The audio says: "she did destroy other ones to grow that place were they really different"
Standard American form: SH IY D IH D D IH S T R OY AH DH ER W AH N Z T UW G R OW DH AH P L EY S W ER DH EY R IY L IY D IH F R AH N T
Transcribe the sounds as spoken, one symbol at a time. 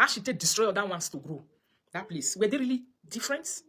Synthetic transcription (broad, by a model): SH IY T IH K D IH S T R OY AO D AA W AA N S T UW G R OW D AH P L EY S W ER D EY R IY L IY D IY F R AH N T